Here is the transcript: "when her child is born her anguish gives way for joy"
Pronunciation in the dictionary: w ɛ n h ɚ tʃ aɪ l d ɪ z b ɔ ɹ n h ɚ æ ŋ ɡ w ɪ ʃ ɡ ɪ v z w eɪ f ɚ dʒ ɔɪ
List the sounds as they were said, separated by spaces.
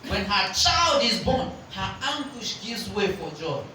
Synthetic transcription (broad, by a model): w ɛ n h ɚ tʃ aɪ l d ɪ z b ɔ n h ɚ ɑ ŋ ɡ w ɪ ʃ ɡ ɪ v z w eɪ f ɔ dʒ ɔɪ